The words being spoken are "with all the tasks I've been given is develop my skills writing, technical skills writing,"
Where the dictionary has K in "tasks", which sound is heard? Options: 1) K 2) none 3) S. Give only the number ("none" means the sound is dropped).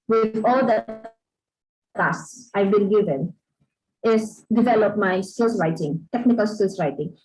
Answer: 2